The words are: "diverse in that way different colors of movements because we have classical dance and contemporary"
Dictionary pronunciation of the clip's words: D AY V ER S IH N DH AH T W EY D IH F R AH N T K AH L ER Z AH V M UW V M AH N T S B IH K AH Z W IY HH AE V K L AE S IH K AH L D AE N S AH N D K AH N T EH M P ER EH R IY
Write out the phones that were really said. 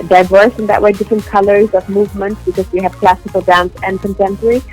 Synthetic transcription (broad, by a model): D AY V ER S IH N DH AH T W EY D IH F R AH N K AH L ER Z AH V M UW V M AH N T S B IH K AH Z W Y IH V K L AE S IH K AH L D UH N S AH N K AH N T EH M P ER R IY